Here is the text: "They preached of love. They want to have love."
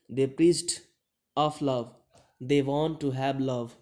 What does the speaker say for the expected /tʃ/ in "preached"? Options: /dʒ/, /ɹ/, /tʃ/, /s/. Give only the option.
/s/